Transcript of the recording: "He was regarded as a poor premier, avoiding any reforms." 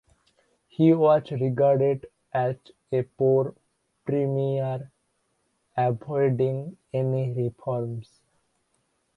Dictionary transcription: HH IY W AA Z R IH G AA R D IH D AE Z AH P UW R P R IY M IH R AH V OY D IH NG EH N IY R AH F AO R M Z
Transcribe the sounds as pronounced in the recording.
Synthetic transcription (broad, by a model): HH IY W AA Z R IH G AA R D IH D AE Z AH P UW R P R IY M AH R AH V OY D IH NG EH N IY R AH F AO R M S